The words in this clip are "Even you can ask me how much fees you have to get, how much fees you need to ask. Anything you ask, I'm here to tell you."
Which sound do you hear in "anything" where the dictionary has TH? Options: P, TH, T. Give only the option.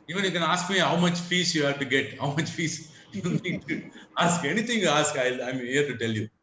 T